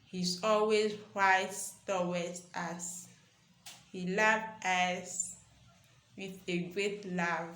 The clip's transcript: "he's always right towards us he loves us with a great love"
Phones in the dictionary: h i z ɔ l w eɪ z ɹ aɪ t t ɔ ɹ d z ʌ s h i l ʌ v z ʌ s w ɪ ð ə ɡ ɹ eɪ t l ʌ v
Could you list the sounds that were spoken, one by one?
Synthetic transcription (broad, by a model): h i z ɔ l w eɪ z w aɪ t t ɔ w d ɑ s h i l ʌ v ʌ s w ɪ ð ə ɡ ɹ eɪ t l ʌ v